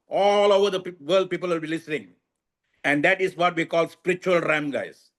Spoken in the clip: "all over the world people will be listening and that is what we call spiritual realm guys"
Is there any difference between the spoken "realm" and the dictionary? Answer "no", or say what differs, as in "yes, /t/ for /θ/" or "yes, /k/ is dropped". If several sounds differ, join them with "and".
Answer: yes, /l/ is dropped